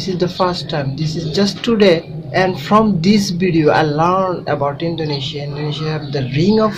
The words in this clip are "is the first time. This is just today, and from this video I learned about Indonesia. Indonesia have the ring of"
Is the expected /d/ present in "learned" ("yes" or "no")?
yes